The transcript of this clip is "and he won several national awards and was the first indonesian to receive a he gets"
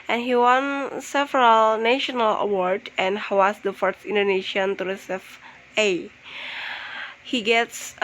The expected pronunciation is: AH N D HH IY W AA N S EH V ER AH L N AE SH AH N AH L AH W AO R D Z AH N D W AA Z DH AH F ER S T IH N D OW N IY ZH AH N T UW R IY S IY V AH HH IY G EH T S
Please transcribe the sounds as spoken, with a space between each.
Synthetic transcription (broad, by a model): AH N HH IY W AA N S EH V ER AH L N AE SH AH N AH L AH W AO R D AH N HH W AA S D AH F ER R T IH N D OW N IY SH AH N T UW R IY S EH F AH HH IY G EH T S